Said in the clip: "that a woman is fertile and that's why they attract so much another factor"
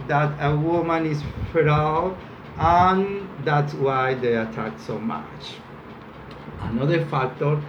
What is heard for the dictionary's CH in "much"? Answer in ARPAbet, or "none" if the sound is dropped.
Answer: CH